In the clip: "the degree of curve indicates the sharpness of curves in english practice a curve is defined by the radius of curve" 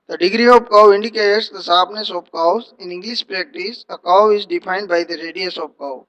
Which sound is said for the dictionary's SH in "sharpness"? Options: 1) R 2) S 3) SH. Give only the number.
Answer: 2